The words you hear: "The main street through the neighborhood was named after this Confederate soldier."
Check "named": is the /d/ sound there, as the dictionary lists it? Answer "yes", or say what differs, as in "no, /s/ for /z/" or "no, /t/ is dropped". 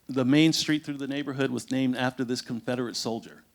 yes